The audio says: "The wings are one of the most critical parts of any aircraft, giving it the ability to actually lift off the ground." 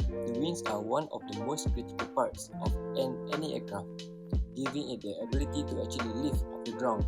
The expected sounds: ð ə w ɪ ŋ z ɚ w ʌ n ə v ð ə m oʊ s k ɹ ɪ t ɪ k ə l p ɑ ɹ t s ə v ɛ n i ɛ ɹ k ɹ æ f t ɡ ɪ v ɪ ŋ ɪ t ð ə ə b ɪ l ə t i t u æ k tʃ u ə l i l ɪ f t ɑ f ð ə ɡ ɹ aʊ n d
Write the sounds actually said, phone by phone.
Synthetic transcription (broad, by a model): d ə w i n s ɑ w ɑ n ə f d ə m oʊ s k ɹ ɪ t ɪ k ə l p ɑ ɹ t s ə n ɛ n i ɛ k ɹ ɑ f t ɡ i v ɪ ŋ ɪ t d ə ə b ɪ l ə t i t u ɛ k tʃ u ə l i l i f ɑ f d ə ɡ ɹ aʊ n